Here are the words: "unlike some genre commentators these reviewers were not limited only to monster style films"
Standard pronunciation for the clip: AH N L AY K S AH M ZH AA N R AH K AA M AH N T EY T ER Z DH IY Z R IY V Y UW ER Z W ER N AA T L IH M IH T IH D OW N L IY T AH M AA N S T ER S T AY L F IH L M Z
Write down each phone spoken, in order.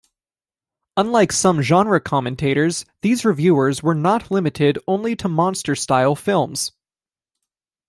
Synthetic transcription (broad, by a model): AH N L AY K S AH M ZH AA N R AH K AA M AH N T EY T ER Z DH IY Z R IY V Y UW ER Z W ER N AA T L IH M IH T IH D OW N L IY T AH M AA N S T ER S T AY L F IH L M Z